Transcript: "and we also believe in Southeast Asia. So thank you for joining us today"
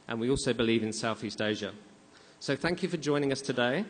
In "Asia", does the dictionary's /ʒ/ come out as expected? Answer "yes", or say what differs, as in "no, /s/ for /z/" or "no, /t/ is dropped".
yes